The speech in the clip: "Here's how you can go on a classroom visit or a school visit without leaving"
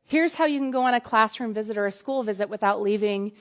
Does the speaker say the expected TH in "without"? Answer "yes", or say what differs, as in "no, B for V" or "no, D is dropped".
yes